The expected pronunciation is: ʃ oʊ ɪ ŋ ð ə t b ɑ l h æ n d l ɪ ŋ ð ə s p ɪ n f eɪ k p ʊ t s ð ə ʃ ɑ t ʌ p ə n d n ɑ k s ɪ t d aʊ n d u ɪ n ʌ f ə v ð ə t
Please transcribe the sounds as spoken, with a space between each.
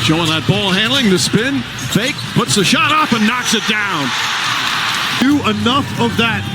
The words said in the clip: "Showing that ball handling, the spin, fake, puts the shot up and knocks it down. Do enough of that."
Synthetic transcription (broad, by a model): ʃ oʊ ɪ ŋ ð ə t b ɑ l h æ n d l ɪ ŋ ð ə s p ɪ n f eɪ k p ʊ t s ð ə ʃ ɑ t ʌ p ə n n ɑ k s ɪ t d aʊ n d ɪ ɪ n ʌ f ə v ð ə t